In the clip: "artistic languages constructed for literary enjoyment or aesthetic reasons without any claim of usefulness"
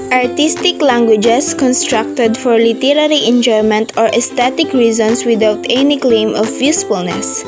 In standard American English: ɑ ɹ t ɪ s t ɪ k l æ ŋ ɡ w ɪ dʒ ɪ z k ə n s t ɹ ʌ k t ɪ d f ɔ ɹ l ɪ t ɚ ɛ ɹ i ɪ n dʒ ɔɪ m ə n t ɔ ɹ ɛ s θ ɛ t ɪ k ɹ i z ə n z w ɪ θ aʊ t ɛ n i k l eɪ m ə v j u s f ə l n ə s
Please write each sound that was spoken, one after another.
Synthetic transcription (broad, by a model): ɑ ɹ t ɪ s t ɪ k l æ ŋ ɡ w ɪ dʒ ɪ s k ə n s t ɹ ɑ k t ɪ d f ɔ ɹ l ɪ t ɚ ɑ ɹ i ɪ n dʒ ɔɪ m ə n t ɔ ɹ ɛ s t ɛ t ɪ k ɹ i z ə n s w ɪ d aʊ t ɛ n i k l eɪ m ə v j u s f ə l n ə s